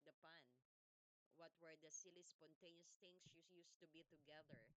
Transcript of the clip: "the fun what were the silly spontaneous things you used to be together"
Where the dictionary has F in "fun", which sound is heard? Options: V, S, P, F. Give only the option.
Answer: P